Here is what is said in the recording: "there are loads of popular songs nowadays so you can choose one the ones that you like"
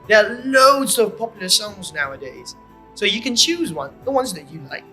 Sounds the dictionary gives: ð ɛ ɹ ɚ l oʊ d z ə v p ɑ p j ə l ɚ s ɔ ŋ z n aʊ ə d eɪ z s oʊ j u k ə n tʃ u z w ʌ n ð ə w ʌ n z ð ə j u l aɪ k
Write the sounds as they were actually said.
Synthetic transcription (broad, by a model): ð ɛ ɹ l oʊ d z ə v p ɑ p j l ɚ s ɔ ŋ z n aʊ ə d eɪ z s oʊ j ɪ k ə n tʃ u z w ʌ n ð ə w ʌ n z ð ə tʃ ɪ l aɪ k